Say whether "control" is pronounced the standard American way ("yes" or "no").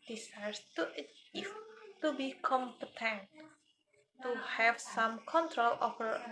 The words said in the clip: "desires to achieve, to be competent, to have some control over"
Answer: yes